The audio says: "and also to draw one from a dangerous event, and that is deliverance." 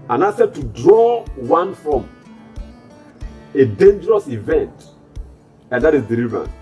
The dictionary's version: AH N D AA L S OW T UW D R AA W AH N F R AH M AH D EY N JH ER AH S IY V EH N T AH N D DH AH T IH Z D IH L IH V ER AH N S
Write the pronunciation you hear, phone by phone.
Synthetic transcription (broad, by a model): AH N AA S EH T UW D R AA W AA N F R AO M AH D EY N JH ER AH S IY V EH N T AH N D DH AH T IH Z D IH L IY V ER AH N